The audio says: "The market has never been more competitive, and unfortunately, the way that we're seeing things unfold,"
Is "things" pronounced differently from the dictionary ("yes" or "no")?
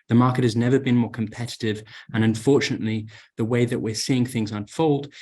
no